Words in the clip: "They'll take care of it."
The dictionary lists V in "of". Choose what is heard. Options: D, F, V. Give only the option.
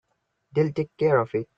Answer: F